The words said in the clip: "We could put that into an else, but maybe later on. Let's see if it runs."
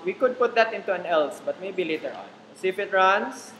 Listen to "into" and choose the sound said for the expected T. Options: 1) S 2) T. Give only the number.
2